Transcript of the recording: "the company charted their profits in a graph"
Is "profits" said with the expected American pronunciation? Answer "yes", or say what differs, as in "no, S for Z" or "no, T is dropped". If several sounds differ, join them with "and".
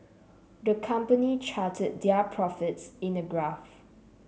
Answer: yes